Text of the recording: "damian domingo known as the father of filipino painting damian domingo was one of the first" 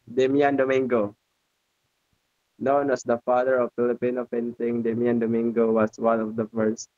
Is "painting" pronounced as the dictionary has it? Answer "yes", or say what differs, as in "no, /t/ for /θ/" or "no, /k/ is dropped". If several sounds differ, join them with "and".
no, /f/ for /p/